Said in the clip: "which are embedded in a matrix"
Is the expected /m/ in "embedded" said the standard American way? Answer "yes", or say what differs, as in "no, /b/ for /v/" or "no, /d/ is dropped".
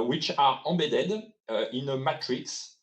no, /m/ is dropped